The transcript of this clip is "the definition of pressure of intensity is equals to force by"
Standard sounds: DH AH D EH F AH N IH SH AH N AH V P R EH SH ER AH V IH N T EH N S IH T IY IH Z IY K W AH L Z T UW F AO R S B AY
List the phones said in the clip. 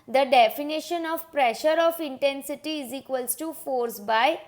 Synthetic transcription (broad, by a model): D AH D EH F AH N IH SH AH N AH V P R EH SH ER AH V IH N T EH N S IH T IY IH Z IY K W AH L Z T UW F AO R S B AY